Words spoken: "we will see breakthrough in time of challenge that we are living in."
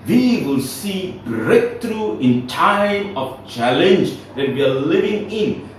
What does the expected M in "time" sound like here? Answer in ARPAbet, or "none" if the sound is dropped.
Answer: M